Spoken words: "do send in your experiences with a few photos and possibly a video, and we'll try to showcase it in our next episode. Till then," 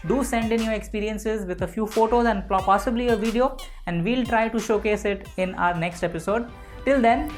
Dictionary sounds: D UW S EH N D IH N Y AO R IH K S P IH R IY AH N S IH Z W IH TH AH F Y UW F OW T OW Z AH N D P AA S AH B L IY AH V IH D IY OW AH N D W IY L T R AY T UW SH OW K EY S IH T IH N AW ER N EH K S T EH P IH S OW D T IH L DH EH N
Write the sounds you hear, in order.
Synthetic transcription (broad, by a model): D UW S EH N D IH N Y AO R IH K S P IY R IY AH N S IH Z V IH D AH F Y UW F OW T OW Z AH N D P AA S AH B L IY AH V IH D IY OW AH N D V IY L T R AY T UW SH OW K EY S IH T IH N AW ER N EH K S T EH P IH S OW D T IH L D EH N